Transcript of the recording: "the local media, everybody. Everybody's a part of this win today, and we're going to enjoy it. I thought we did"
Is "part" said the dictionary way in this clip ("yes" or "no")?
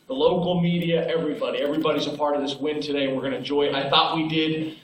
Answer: yes